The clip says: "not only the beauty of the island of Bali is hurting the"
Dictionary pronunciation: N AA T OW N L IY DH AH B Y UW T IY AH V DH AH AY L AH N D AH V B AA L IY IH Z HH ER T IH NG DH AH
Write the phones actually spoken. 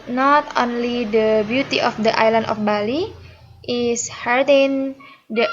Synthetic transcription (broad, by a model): N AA T OW N L IY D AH B Y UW T IY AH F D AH AY L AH N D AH F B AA L IY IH S HH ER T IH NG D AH